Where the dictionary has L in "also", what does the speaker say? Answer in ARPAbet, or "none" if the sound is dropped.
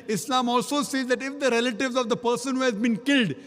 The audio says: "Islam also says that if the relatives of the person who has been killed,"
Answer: L